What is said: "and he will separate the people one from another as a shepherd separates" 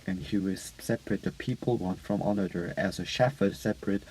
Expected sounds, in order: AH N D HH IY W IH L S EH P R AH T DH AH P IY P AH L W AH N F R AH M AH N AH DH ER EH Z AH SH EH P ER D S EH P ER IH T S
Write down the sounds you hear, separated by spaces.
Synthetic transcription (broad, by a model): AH N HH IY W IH S EH P R AH T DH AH P IY P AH L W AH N F R AH M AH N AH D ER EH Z AH SH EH F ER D S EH P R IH T